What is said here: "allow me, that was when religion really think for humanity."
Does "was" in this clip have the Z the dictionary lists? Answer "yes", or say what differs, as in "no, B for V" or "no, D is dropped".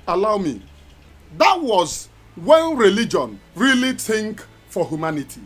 yes